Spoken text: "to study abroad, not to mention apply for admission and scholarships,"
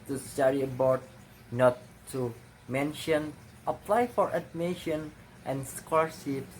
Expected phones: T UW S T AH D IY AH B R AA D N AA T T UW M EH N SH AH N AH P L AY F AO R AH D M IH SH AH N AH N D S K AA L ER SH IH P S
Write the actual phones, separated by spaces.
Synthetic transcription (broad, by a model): T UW S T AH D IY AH B AA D N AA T T UW M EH N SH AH N AH P L AY F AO R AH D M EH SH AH N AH N S K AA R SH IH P S